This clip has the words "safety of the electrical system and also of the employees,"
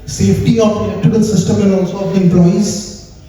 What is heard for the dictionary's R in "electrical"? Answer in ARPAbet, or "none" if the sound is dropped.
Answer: none